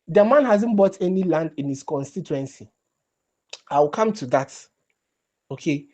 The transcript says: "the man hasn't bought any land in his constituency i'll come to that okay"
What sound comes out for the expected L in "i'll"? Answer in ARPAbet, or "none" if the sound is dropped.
W